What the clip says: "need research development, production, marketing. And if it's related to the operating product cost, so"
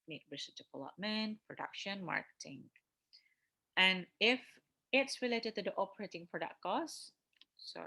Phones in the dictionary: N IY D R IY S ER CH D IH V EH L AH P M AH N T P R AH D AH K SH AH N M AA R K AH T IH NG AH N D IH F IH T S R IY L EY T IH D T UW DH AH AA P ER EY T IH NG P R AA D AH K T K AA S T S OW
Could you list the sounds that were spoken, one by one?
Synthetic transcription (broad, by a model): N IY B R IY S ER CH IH P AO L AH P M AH N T P R AH D AH K SH AH N M AA R K AH T IH NG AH N IH F IH T S R IY L EY T IH D T UW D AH AA P ER EY T IH NG P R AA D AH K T K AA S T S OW